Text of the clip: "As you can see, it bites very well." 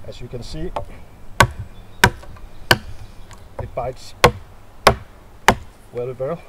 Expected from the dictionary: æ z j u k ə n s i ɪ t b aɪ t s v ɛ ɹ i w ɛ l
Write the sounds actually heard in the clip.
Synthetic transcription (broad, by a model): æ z j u k ə n s i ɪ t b aɪ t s w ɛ l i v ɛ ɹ